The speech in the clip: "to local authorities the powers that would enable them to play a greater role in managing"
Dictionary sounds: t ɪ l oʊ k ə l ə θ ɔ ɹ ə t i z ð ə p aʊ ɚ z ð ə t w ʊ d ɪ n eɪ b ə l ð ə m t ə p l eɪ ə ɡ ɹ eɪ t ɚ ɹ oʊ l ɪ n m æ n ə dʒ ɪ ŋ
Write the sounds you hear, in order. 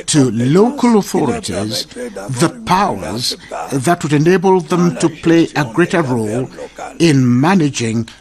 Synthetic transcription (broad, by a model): t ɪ l oʊ k ə l ə θ ɔ ɹ ə t i z ð ə p aʊ ɚ z ð ə t w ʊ d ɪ n eɪ b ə l ð ə m t ə p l eɪ ə ɡ ɹ eɪ t ɚ ɹ oʊ l ɪ n m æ n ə dʒ ɪ ŋ